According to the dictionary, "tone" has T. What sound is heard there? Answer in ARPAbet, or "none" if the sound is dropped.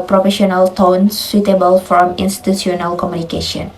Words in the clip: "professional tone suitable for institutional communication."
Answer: T